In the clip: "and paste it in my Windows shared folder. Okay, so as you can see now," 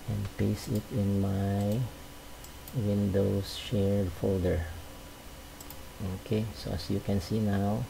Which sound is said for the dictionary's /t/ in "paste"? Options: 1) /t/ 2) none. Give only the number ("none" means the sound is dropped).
2